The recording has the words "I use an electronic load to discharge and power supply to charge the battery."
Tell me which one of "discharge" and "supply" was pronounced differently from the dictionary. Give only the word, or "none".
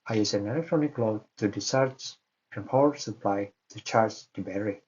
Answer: discharge